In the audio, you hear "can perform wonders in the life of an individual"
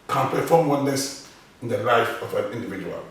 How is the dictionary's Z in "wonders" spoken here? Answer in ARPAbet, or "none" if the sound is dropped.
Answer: S